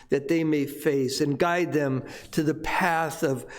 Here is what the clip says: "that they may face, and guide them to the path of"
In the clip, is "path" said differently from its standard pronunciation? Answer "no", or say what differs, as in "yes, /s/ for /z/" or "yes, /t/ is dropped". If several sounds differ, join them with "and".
no